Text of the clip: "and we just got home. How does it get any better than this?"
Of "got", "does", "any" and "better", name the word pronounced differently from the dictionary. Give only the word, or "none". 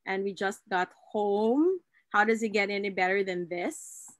none